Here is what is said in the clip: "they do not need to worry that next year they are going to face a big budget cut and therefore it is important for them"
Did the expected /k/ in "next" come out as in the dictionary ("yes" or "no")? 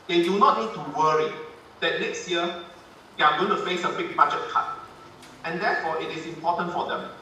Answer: yes